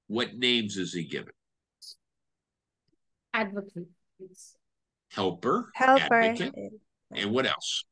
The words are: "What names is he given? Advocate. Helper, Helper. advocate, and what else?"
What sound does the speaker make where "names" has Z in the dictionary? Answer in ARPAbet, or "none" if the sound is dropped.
Z